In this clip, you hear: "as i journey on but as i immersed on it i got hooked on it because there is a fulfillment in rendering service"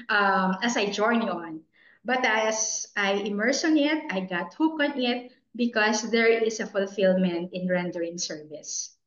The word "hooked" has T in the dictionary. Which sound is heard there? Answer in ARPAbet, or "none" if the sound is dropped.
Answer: none